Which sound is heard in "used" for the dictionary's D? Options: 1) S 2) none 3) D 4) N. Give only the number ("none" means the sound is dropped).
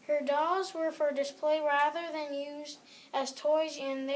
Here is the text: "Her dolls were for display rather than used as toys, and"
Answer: 3